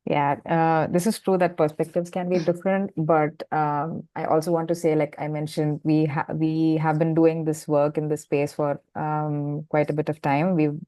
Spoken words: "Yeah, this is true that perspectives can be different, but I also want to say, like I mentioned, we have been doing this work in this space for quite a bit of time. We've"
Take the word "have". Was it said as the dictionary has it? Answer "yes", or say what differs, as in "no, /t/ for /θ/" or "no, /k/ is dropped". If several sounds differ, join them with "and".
yes